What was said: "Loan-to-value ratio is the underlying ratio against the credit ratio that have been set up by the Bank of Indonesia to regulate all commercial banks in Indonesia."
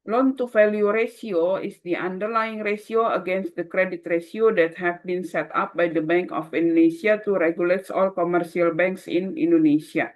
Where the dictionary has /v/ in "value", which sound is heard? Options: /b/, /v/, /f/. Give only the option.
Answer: /f/